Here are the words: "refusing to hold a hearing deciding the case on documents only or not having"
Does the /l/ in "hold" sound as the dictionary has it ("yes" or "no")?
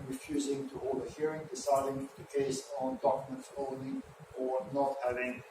no